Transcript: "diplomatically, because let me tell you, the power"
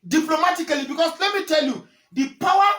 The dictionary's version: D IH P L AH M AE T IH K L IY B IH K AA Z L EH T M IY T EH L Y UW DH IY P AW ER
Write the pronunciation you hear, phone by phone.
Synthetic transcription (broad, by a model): D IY P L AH M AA T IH K L IY B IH K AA S L EH T M IY T EH L Y UW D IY P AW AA